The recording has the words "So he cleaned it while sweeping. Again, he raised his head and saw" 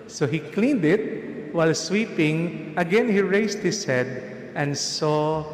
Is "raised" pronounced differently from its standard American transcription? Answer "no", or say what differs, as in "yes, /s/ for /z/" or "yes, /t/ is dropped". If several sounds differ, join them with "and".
yes, /s/ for /z/